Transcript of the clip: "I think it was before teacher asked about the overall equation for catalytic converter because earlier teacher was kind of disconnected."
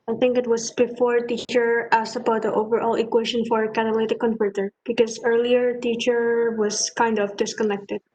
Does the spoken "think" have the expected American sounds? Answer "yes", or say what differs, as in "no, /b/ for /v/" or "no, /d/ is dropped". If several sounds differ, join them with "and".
yes